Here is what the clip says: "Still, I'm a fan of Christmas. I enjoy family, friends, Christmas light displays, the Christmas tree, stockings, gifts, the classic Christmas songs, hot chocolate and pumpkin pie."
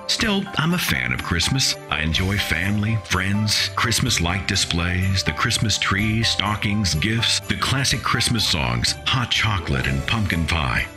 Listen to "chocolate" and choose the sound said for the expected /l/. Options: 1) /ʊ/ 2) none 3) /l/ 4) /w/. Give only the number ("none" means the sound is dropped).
3